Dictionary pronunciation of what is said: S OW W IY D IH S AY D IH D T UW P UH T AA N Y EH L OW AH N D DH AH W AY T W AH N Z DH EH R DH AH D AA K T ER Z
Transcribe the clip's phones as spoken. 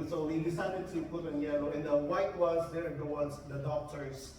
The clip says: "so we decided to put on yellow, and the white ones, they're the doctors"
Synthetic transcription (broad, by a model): S OW W IY D IH S AY D IH D T UW P UH T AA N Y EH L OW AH N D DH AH W AY T W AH Z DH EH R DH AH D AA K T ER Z